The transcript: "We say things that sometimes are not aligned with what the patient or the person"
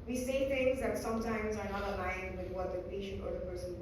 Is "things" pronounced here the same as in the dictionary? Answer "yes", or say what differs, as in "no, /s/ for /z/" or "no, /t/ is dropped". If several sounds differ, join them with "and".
no, /t/ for /θ/